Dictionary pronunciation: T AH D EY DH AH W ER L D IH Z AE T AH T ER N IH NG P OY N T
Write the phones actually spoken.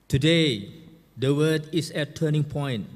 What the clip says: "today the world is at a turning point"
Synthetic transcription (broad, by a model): T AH D EY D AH W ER D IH S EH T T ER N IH NG P OY N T